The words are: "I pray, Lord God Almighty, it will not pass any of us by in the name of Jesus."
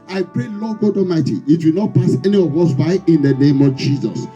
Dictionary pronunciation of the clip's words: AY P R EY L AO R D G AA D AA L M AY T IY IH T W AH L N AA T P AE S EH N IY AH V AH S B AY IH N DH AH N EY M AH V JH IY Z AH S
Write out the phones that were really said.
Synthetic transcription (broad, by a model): AY P R EY L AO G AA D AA M AY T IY IH T W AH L N AA T P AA S EH N IY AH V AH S B AY IH N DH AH N EY M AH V JH IY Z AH S